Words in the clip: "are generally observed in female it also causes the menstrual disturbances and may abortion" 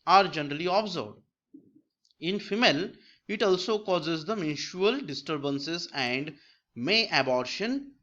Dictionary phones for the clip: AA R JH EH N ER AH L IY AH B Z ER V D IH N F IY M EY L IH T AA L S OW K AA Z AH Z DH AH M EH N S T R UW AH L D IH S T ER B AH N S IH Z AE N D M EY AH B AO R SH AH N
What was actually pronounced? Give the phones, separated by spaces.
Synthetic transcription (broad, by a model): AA R JH EH N ER AH L IY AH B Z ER D IH N F IY M EY L IH T AA L S OW K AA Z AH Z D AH M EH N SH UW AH L D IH S T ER B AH N S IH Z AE N D M EY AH B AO R SH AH N